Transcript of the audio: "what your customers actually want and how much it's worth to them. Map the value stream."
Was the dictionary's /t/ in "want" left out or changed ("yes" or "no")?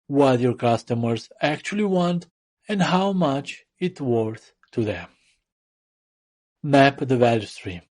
no